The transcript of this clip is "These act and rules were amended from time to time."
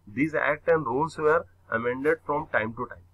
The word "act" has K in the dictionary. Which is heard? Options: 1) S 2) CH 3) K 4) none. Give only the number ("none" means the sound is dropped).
3